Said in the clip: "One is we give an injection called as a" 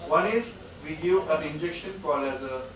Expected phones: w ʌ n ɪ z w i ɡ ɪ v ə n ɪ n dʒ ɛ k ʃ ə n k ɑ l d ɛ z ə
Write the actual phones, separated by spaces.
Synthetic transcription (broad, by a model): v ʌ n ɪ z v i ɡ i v ə n ɪ n dʒ ɛ k ʃ ə n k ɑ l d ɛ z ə